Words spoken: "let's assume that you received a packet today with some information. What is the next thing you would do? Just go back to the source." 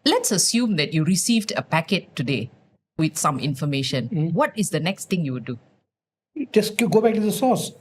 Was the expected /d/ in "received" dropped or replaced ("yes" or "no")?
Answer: no